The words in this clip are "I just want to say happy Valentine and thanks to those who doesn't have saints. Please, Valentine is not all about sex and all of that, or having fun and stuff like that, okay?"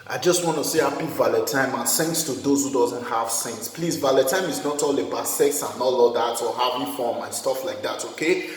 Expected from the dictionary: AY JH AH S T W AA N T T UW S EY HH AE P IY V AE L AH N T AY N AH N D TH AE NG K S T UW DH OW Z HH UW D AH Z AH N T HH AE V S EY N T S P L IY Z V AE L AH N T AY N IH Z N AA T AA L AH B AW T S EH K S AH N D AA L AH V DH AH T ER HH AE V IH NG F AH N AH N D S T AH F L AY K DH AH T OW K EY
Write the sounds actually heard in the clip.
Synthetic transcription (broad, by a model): AY JH AH S T W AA N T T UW S EY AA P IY V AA L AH T AY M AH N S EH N S T UW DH OW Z HH UW D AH Z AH N T HH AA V S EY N S P L IY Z V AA L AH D T AY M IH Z N AA T AA L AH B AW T S EH K S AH N AA L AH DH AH T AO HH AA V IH F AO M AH N S T AH F L AY K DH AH T OW K EY